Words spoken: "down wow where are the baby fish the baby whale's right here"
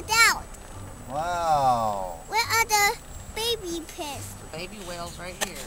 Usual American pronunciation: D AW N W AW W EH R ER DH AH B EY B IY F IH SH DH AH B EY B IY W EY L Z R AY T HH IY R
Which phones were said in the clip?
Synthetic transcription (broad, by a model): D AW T W AW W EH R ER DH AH B EY B IY P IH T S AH B EY B IY W EY L Z R AY T HH IY R